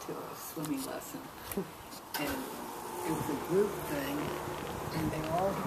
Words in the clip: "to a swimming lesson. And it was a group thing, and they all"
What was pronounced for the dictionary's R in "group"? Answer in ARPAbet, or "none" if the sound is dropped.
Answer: none